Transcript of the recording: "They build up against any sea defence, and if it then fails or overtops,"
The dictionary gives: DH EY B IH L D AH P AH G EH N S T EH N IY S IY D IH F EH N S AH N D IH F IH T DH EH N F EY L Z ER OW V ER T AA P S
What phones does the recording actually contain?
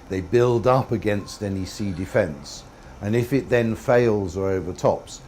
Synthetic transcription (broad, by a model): DH EY B IH L D AH P AH G EH N S T EH N IY S IY D IH F EH N S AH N IH F IH T DH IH N F EY L Z ER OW V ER T AA P S